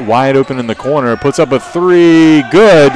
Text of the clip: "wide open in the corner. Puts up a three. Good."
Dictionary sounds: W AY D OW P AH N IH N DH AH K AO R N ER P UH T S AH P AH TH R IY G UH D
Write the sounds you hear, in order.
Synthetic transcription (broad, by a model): W AY D OW P AH N IH N DH AH K AO R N ER P UH T S AH P AH TH R IY G UH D